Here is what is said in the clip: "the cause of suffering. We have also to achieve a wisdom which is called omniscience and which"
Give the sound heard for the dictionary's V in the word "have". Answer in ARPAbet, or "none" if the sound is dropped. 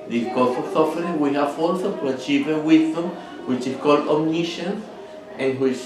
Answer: F